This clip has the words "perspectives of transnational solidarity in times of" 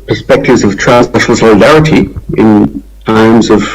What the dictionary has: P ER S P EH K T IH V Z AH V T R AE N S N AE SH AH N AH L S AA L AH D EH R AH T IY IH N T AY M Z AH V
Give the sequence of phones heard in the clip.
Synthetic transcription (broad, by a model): P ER S P EH K T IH V Z AH V T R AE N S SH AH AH L S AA L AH D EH R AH T IY IH N T AY M Z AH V